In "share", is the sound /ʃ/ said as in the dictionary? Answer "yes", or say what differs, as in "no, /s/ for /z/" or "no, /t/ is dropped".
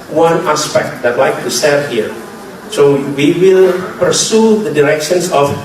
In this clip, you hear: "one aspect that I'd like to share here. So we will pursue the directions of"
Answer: no, /s/ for /ʃ/